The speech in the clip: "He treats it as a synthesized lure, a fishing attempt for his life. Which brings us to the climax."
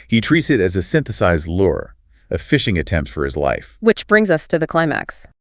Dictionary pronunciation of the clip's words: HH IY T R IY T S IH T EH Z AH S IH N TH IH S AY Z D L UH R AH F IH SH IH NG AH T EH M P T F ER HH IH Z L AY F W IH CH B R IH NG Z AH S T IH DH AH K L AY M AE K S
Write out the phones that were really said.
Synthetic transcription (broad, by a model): HH IY T R IY T S IH T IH Z AH S IH N TH IH S AY Z D L UH R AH F IH SH IH NG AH T EH M P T F ER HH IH Z L AY F W IH CH B R IH NG Z AH S T IH DH AH K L AY M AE K S